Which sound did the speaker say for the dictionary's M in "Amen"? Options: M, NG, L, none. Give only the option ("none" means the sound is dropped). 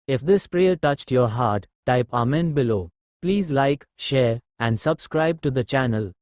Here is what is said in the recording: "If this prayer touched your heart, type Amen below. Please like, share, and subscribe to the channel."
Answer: M